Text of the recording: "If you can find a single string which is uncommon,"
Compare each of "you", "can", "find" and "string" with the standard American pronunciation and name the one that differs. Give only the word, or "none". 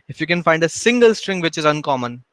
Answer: none